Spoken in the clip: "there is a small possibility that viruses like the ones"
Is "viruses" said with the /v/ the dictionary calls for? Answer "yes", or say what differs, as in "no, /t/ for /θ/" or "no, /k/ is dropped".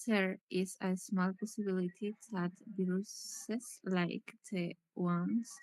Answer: no, /b/ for /v/